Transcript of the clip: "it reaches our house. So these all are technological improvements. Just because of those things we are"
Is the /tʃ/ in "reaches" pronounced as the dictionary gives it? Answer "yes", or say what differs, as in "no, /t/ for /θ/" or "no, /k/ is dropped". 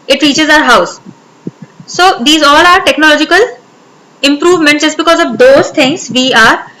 yes